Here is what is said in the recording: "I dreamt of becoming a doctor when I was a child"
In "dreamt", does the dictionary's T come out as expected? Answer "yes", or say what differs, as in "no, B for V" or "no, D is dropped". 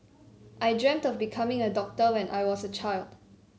yes